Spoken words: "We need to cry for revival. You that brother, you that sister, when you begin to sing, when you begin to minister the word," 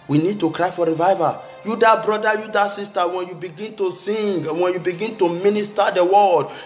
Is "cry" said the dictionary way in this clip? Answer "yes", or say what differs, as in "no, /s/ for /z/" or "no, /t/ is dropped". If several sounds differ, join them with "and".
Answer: yes